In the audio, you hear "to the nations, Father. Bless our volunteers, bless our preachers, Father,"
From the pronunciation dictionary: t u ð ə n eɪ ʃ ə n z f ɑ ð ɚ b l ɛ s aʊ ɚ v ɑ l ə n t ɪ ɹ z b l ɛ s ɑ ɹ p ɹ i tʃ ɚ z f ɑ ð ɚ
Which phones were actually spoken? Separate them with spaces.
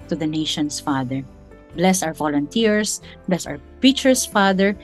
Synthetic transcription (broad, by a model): t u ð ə n eɪ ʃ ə n s f ɑ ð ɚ b l ɛ s aʊ ɚ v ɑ l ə n t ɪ ɹ s b l ɛ s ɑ w p ɹ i tʃ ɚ s f ɑ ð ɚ